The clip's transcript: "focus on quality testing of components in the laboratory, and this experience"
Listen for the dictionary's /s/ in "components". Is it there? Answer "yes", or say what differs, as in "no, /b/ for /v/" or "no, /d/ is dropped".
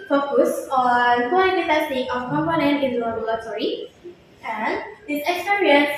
no, /s/ is dropped